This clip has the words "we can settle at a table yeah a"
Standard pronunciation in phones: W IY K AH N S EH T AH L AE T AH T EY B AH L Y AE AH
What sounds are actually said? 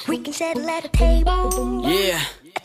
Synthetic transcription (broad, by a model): W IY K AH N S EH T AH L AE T AH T EY AH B Y AE